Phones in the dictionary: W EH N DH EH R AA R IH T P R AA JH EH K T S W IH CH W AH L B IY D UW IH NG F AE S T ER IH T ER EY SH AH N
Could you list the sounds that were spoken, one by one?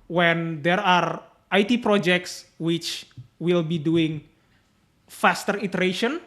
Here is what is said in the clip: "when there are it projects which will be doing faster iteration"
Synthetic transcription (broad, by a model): W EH N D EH R AA R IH T P R AA JH EH K T S W IH CH W AH L B IY D UW IH NG F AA S T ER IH T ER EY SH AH N